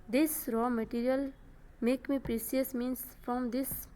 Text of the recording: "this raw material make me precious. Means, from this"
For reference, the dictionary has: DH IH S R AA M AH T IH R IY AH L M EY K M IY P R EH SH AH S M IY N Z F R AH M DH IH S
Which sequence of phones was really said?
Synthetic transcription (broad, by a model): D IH S R AA M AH T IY R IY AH L M EY K M IY P R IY S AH S M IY N S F R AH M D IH S